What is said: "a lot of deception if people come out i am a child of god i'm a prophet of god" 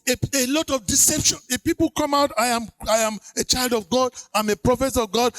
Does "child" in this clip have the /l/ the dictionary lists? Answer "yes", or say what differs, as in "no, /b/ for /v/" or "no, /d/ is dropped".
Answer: yes